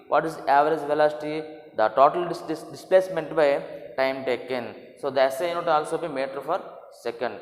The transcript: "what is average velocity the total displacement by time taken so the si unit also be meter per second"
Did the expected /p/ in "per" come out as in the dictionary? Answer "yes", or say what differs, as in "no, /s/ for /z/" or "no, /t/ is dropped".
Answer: no, /f/ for /p/